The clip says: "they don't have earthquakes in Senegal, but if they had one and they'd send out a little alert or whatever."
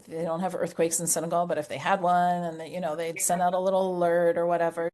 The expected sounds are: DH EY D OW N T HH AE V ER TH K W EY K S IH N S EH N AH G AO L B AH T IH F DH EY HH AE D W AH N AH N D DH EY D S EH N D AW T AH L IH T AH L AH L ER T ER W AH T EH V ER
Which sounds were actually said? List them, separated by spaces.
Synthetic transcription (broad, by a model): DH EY D OW N T HH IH V ER TH K W EY K S N S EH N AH G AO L B AH T IH F DH EY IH D W AH N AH N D DH EY D S EH N D AW T AH L IH T L L ER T ER W AH T EH V ER